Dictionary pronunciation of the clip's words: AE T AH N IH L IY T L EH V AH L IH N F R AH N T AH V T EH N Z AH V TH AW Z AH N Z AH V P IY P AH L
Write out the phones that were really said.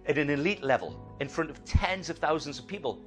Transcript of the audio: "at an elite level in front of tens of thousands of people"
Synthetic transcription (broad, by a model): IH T AH N IH L IY T L EH V AH L IH N F R AH N T AH V T EH N Z AH V TH AW Z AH N Z AH V P IY P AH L